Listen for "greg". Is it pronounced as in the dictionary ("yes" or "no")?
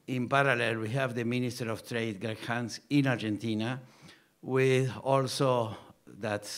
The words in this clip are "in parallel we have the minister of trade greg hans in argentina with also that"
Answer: no